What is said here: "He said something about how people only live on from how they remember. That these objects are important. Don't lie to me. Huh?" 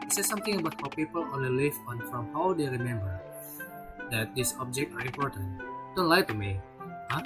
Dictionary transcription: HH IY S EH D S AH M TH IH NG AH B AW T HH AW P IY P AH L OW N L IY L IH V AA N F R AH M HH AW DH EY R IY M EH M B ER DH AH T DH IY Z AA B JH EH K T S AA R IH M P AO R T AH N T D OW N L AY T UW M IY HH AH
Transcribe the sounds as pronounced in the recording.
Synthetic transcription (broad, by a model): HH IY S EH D S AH M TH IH NG AH B AW T HH AW P IY P AH L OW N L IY L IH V AA N F R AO M HH AW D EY R IY M EH M B ER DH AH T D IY S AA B JH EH K T AA R IH M P AO R T AH N T D OW N L AY T UW M IY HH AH